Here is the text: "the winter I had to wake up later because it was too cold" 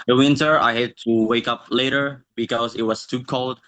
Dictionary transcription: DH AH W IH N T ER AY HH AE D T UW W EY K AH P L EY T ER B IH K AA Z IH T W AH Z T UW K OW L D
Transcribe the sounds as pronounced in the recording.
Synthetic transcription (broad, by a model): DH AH W IH N T ER AY HH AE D T UW W EY K AH P L EY T ER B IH K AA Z IH T W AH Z T UW K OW L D